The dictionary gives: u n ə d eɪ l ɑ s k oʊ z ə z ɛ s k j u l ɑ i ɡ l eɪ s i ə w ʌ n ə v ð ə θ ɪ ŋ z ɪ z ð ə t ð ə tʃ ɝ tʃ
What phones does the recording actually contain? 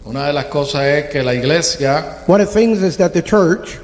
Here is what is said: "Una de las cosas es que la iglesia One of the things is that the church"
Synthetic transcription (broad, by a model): u n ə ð eɪ l ɑ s k oʊ s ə s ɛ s k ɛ l ɑ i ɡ l eɪ s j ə w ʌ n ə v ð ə θ ɪ ŋ z ɪ z ð ə t ð ə tʃ ɝ tʃ